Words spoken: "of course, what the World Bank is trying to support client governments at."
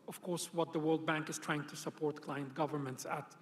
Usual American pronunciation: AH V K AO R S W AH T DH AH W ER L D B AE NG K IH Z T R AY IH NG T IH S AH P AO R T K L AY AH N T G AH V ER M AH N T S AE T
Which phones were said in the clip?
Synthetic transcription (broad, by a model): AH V K AO R S W AH T DH AH W ER L D B AE NG K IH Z T R AY IH NG T IH S AH P AO R T K L AY AH N T G AH V ER M AH N T S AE T